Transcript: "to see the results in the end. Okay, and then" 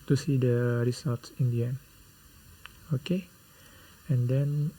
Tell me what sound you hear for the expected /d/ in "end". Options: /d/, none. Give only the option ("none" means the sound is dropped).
none